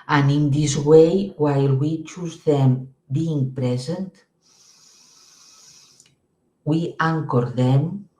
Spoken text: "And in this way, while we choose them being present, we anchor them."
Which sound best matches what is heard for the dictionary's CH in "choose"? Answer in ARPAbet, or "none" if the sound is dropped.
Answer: CH